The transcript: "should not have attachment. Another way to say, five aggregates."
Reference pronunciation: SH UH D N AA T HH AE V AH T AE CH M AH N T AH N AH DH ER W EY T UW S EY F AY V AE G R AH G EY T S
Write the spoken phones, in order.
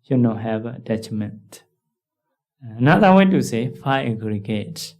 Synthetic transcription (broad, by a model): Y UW N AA HH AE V AH T AE CH M AH N T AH N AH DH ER W EY T UW S EY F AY AE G R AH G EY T